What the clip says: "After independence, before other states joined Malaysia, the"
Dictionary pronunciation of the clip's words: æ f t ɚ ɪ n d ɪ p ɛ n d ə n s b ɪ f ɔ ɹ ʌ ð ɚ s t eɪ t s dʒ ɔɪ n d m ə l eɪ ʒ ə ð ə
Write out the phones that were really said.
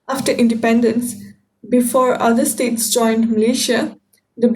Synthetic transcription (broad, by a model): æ f t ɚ ɪ n d ɪ p ɛ n d ə n s b ɪ f ɔ ɹ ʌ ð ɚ s t eɪ t s dʒ ɔɪ n d m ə l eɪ ʃ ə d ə